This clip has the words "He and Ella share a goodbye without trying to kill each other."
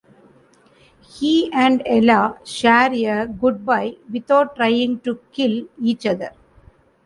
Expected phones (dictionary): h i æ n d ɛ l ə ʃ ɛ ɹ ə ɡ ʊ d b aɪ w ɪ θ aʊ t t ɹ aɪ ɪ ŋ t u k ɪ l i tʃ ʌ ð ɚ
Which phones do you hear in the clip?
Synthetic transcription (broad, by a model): h i æ n d ɛ l ə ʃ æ ɹ ə ɡ ʊ d b aɪ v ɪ t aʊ t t ɹ aɪ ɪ ŋ t u k ɪ l i tʃ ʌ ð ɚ